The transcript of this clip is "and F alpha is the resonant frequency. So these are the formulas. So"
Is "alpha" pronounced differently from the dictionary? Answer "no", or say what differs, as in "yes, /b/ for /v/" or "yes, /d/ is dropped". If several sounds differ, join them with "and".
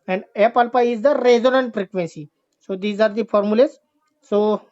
yes, /p/ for /f/